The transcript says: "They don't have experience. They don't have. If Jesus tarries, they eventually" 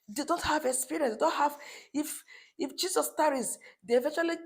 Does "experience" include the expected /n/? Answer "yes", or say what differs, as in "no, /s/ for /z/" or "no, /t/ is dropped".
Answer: no, /n/ is dropped